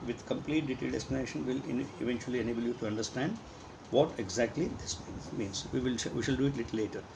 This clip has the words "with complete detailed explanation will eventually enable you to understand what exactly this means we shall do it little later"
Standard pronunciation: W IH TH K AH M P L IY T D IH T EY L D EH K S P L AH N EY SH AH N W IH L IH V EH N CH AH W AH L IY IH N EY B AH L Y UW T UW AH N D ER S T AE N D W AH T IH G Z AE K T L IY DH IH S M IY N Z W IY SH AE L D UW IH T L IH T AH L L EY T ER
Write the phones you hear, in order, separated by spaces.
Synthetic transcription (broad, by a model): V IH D K AH M P L IY T D IH T EY L D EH S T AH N EY SH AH N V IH L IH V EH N CH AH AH L IY IH N EY B AH L Y UW T UW AH N D ER S T AE N D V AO T IH G Z AE K T L IY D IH S M IY N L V IY SH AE L D UW IH T L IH T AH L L EY T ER